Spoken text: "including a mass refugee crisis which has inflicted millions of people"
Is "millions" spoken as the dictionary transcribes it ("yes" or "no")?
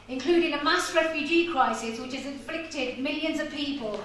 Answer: yes